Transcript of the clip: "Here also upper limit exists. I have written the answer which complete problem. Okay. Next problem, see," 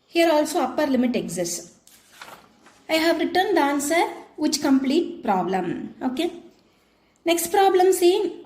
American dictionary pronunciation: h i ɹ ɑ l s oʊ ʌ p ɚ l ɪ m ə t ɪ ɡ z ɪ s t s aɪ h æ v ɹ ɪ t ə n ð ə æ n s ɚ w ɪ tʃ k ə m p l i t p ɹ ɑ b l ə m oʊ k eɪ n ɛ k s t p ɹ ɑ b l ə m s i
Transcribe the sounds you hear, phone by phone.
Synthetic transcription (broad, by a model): h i ɹ ɑ l s oʊ ʌ p ɚ l ɪ m ə t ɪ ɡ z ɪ s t aɪ h æ v ɹ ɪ t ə n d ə n s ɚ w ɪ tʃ k ə m p l i t p ɹ ɑ b l ə m oʊ k eɪ n ɛ k s t p ɹ ɑ b l ə m s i